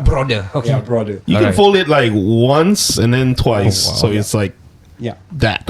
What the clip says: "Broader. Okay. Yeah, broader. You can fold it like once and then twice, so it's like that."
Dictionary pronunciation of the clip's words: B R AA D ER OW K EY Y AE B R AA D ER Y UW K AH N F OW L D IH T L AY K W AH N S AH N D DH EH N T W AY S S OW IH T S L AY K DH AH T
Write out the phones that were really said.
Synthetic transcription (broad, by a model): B R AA D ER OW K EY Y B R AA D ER Y UW K AH N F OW L IH T L AY K W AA N S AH N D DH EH N T W AY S S OW IH T S L AY K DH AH T